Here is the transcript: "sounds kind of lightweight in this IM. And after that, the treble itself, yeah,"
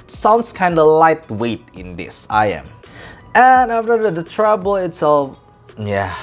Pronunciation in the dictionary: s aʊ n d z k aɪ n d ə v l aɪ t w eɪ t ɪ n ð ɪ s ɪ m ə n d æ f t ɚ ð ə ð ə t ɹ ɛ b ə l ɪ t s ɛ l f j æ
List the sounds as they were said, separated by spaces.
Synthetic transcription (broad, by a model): s aʊ n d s k aɪ n d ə l aɪ t w eɪ t ɪ n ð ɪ s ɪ m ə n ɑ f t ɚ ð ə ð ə t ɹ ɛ b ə l ɪ t s ɛ l f j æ